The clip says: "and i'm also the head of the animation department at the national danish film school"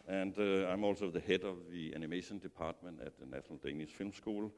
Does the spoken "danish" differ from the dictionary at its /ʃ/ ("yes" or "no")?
yes